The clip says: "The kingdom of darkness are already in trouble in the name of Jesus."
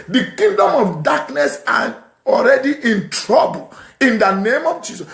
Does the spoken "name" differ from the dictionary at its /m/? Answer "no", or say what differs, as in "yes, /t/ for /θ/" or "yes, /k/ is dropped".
no